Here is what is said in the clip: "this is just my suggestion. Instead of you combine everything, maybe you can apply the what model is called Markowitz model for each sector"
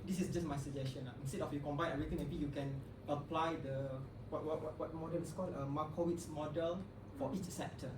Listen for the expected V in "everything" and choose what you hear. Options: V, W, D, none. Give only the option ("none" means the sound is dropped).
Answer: none